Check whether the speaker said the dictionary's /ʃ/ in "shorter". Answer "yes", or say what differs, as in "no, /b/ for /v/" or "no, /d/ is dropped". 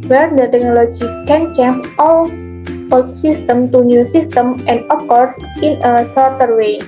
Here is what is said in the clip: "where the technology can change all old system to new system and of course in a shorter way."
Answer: no, /s/ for /ʃ/